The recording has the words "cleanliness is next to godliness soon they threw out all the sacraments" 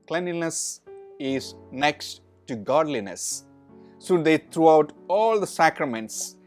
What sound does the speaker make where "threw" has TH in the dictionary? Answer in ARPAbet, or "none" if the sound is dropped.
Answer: T